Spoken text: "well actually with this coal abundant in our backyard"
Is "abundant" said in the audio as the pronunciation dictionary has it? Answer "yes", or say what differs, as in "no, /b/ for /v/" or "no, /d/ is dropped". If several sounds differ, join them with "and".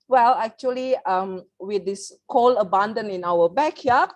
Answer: no, /t/ is dropped